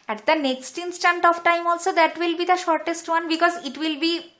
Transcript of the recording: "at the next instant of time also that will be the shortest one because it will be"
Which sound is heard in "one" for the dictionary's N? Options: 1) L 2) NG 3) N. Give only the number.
3